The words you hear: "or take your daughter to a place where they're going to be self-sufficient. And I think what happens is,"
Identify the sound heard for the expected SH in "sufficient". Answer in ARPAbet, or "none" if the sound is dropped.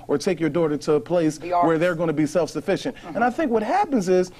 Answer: SH